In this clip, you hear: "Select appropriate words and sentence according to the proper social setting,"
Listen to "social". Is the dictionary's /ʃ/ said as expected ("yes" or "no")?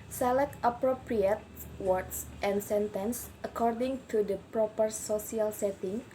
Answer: no